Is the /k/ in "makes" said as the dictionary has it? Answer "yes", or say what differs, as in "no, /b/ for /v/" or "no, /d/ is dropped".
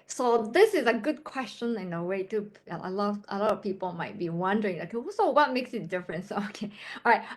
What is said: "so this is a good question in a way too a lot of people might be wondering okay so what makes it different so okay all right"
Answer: yes